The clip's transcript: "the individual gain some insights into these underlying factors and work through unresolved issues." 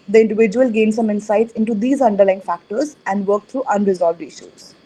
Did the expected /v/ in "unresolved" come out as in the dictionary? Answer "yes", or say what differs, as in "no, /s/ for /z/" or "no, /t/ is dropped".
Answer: yes